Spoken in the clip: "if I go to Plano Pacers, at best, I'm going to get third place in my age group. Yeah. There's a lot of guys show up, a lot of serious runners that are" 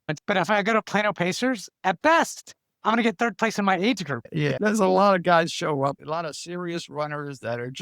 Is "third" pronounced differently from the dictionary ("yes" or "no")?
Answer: no